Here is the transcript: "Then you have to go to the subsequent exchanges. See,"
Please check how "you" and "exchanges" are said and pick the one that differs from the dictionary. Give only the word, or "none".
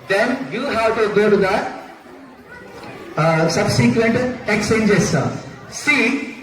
exchanges